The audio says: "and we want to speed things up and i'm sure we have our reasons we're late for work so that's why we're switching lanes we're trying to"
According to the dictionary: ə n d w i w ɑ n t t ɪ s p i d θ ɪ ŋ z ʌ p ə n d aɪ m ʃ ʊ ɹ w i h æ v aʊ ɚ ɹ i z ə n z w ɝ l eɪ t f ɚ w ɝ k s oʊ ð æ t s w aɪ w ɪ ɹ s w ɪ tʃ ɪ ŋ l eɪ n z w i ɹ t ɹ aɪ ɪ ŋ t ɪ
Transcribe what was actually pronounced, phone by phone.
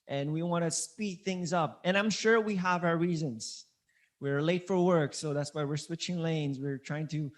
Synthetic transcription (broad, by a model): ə n w i w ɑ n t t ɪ s p i d θ ɪ ŋ z ʌ p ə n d aɪ m ʃ ʊ ɹ w i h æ v aʊ ɚ ɹ i z ə n z w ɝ l eɪ t f ɚ w ɝ k s oʊ ð æ t s w aɪ w ɪ ɹ s w ɪ tʃ ɪ ŋ l eɪ n z w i ɹ t ɹ aɪ ɪ ŋ t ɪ